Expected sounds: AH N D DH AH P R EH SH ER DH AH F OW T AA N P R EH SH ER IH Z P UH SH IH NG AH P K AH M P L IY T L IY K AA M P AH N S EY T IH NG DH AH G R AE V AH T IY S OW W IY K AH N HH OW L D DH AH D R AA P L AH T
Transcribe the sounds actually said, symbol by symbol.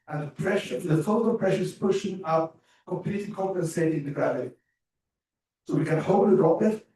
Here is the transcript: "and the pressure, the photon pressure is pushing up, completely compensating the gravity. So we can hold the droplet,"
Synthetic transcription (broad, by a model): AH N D DH AH P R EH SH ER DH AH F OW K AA L P R EH SH ER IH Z P UH SH IH NG AH P K AH M P L IY T L IY K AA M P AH N S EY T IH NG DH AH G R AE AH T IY S OW W IY K AH N HH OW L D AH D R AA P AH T